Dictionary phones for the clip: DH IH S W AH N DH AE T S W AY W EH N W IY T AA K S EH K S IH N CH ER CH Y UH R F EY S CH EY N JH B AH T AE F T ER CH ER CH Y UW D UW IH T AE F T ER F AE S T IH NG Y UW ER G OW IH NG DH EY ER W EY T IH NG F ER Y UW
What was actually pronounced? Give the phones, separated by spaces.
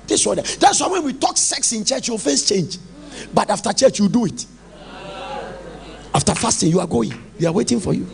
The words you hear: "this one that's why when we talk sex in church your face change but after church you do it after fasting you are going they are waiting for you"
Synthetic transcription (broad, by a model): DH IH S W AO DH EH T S W AY W EH N W IY T AA K S EH K S IH N CH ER CH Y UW F EY S CH EY N JH B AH T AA F T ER CH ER CH Y UW D UW IH T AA F T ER F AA S T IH Y UW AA G OW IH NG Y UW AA W EY T IH NG F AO Y UW